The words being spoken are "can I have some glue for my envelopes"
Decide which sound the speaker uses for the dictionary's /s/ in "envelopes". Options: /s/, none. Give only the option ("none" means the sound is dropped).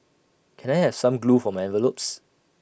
/s/